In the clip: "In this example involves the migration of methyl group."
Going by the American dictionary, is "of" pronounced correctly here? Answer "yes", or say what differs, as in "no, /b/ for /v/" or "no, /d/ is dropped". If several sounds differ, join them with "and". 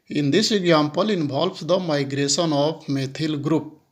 no, /p/ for /v/